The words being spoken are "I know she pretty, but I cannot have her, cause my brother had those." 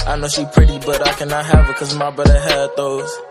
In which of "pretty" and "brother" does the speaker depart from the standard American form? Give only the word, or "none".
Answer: brother